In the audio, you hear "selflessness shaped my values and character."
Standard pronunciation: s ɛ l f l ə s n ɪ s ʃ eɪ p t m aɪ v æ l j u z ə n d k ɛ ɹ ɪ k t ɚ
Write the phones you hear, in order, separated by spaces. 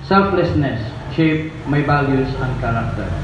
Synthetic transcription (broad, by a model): s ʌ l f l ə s n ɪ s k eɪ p m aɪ b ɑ l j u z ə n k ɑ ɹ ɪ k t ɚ